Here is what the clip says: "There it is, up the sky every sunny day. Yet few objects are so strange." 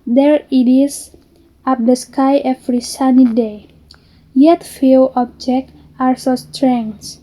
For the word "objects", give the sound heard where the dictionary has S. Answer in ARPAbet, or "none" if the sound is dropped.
none